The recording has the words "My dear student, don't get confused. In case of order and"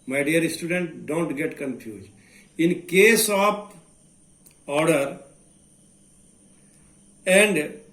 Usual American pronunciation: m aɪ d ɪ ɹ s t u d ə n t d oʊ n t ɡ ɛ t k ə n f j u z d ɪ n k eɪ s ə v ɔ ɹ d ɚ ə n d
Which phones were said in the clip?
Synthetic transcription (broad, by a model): m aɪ d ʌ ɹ s t u d ə n t d oʊ n t ɡ ɛ t k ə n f j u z ɪ n k eɪ s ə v ɔ ɹ d ɚ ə n d